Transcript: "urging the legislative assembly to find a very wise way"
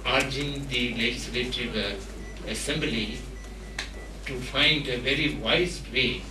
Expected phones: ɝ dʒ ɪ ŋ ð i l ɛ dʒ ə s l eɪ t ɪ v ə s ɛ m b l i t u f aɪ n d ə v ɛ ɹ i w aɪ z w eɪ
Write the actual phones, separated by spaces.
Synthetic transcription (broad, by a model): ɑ dʒ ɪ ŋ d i l ɛ dʒ ə s l eɪ t ɪ v ə s ɛ m b l i t u f aɪ n d ə v ɛ ɹ i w aɪ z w eɪ